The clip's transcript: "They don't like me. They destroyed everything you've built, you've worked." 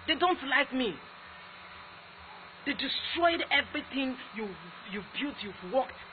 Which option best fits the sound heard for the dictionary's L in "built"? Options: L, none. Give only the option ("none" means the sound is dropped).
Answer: none